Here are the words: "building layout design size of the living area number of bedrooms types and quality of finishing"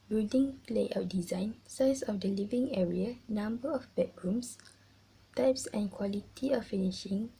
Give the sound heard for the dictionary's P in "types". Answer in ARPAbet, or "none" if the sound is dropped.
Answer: P